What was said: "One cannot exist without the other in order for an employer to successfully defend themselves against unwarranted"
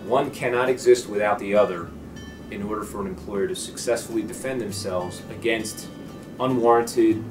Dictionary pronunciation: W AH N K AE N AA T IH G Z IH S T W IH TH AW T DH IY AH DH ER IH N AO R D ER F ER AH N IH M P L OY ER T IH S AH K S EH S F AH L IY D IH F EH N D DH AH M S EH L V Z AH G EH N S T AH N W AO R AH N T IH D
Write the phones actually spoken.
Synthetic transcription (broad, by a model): W AH N K AE N AA T IH G Z IH S T W IH TH AW T DH IY AH DH ER IH N AO R D ER F ER AH N IH M P L OY ER T IH S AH K S EH S F L IY D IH F EH N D DH AH M S EH L V Z AH G EH N S T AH N W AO R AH N T IH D